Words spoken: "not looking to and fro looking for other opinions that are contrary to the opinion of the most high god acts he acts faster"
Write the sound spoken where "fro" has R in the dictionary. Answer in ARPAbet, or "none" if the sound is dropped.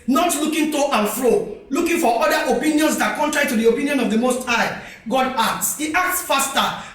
R